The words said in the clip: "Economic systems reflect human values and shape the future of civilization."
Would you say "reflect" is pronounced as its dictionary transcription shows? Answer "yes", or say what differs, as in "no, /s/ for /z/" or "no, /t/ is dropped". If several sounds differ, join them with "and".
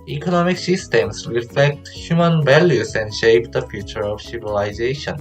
yes